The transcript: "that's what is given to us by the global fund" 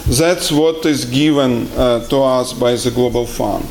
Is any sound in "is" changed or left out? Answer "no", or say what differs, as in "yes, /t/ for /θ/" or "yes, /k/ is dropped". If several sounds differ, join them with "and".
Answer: no